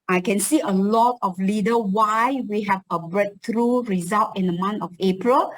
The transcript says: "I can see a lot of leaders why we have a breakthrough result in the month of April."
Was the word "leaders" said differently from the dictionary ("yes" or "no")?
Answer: yes